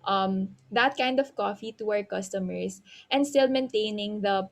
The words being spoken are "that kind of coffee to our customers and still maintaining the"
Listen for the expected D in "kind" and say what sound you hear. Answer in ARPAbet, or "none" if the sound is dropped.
D